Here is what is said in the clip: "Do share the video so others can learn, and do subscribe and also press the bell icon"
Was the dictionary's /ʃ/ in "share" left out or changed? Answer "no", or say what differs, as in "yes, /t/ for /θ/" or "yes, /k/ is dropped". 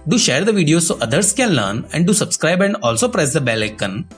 no